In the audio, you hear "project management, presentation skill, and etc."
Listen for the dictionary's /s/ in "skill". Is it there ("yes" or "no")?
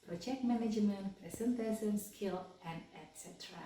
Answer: yes